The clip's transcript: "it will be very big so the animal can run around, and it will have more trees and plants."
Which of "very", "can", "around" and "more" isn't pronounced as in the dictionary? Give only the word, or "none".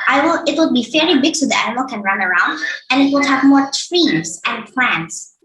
very